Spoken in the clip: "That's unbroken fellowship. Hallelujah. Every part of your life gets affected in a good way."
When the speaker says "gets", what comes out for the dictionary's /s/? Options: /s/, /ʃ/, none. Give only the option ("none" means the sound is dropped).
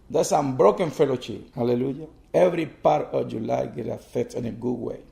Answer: none